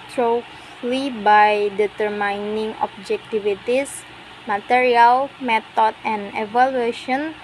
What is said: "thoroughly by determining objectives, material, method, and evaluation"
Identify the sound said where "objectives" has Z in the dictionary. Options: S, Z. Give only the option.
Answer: S